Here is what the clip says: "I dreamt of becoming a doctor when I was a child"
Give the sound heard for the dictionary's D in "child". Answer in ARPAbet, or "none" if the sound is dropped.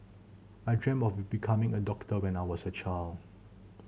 none